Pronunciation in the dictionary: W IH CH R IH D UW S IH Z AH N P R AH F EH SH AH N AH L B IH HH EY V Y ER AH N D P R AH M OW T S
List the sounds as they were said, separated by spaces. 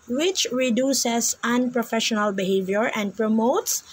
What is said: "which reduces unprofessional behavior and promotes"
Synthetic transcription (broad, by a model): W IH CH R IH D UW S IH S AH N P R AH F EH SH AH N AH L B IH HH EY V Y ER AH N D P R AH M OW T S